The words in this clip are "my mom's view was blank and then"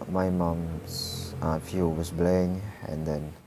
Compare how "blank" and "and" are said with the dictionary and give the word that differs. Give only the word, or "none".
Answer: blank